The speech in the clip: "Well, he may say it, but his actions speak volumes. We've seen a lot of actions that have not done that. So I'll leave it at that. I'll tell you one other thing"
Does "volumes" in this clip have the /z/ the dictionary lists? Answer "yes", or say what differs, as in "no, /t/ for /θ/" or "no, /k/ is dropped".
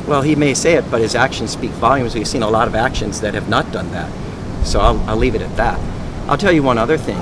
yes